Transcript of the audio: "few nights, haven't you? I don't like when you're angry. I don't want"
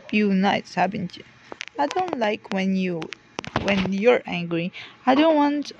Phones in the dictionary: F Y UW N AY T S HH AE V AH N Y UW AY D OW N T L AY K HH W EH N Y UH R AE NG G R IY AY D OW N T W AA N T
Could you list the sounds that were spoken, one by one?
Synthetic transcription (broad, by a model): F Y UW N AY T S HH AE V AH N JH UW AY D OW N T L AY K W W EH N Y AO R AE NG G R IY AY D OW N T W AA N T